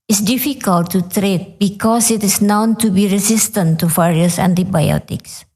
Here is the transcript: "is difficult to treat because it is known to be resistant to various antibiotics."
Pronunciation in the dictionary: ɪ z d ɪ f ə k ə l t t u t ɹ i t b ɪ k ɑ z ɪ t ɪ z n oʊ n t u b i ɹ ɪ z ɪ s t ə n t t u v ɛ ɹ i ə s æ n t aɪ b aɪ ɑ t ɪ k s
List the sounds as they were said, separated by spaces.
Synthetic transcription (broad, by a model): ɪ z d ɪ f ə k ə l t t u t ɹ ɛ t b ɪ k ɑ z ɪ t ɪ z n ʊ n t u b i ɹ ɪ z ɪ s t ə n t t u f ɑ ɹ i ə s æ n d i b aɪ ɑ t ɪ k s